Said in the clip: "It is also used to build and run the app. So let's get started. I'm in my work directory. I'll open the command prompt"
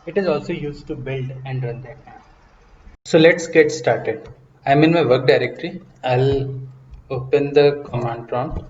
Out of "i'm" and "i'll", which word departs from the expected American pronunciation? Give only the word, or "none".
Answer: none